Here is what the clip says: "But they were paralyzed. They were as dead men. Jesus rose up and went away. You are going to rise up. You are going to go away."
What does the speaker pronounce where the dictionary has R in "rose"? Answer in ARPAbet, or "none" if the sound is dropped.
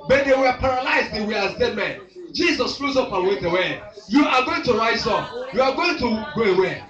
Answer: L